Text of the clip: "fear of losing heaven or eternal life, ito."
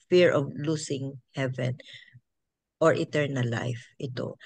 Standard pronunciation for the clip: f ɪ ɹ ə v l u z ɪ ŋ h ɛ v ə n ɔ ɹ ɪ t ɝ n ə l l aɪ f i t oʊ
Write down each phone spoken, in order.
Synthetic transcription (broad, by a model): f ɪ ɹ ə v l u s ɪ ŋ h ɛ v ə n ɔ ɹ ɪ t ɝ n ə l l aɪ f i t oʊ